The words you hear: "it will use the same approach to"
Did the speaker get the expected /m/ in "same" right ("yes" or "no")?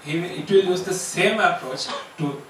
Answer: yes